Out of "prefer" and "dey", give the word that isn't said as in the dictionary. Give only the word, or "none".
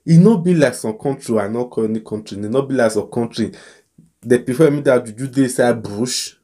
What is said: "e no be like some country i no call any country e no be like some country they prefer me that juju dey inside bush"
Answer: prefer